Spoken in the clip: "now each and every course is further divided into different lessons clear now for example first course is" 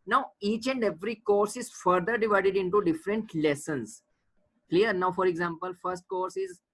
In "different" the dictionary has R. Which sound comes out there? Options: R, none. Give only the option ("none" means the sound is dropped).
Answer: R